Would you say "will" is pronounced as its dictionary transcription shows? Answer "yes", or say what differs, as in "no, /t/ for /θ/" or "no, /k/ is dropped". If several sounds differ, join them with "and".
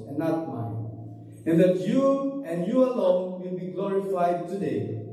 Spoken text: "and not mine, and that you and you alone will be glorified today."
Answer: yes